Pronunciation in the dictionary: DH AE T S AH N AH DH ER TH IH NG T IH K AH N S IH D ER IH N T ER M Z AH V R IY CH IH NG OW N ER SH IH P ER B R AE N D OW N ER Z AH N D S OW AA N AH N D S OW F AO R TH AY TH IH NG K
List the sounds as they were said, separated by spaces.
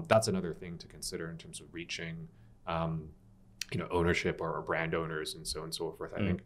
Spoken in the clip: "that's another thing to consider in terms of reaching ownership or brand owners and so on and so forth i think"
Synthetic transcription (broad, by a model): DH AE T S AH N AH DH ER TH IH NG T IH K AH N S IH D ER IH N T ER M Z AH V R IY CH IH NG OW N ER SH IH P ER B R AE N D OW N ER Z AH N S OW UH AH N S OW F AO R TH AY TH IH NG K